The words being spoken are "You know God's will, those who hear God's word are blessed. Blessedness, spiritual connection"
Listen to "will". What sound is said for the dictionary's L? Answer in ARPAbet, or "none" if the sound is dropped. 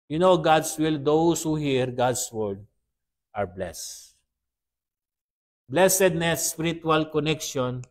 L